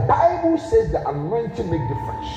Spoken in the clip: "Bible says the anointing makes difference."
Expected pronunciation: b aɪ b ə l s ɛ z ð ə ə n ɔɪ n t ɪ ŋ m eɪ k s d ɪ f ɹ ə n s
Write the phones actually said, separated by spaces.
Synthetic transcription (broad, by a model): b aɪ b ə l s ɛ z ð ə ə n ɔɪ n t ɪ m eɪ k d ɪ f ɹ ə n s